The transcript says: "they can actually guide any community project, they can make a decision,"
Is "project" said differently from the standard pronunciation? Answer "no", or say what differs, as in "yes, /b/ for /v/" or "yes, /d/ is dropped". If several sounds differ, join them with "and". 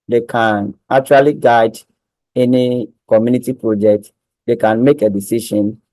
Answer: no